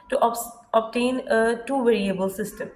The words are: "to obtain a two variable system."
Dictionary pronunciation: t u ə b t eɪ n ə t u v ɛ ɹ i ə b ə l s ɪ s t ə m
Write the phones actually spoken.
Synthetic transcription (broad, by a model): t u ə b t eɪ n ə t u v ɛ ɹ i ə b ə l s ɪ s t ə m